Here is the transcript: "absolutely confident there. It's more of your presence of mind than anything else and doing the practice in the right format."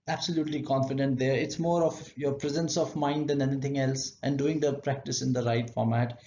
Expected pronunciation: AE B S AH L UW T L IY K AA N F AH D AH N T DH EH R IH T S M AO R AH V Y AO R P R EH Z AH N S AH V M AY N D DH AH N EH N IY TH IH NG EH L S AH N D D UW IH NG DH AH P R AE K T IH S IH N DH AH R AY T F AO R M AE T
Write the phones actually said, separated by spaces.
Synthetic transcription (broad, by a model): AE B S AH L UW T L IY K AA N F AH D AH N T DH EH R IH T S M AO R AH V Y AO R P R EH Z AH N S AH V M AY N D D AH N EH N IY T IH NG EH L S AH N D D UW IH NG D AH P R AE K T IH S IH N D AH R AY T F AO R M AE T